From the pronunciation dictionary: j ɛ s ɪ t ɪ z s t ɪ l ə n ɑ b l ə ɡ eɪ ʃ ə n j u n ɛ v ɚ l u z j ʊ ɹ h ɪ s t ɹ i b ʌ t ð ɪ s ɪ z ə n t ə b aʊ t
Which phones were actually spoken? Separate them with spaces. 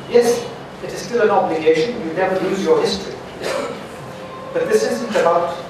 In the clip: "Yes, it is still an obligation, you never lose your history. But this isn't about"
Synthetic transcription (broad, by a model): j ɛ s ɪ t ɪ z s t ɪ l ə n ɑ b l ə ɡ eɪ ʃ ə n j u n ɛ v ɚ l u z j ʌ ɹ h ɪ s t ɹ i b ʌ t ð ɪ s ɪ z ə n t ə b aʊ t